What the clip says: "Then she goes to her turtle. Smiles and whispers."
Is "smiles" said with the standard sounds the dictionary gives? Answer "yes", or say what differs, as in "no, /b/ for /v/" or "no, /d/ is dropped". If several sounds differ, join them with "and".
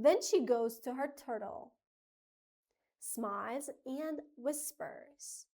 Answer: no, /l/ is dropped